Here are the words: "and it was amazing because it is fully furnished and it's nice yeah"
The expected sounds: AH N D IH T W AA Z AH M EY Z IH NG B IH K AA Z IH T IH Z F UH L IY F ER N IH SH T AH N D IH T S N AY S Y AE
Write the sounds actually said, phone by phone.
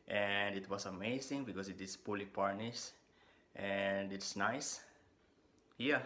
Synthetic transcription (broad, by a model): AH N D IH T W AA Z AH M EY Z IH NG B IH K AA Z IH T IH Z P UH L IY P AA N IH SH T AH N D IH T S N AY S Y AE